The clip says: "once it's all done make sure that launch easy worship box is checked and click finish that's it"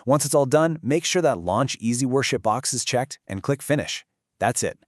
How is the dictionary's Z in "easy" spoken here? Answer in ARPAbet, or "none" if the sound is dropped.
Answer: Z